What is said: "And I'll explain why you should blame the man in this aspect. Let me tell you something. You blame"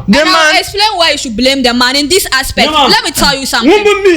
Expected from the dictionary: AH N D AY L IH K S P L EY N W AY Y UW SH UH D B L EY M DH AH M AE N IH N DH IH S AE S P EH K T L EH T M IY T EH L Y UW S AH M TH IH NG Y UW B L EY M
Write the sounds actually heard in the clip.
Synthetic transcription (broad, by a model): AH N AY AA IH K S P L EY N W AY Y UW SH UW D B L EY M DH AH M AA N IH N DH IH S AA S P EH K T L EH T M IY T EH L Y UW S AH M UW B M